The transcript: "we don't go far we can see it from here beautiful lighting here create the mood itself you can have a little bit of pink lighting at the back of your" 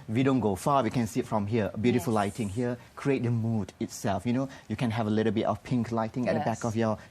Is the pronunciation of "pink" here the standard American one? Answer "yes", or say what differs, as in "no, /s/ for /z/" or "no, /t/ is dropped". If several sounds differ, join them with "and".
yes